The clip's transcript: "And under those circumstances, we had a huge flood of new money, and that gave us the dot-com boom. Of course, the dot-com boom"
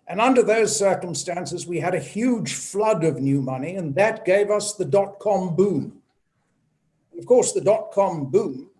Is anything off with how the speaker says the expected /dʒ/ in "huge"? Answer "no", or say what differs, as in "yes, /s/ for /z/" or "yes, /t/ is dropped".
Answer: yes, /ʒ/ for /dʒ/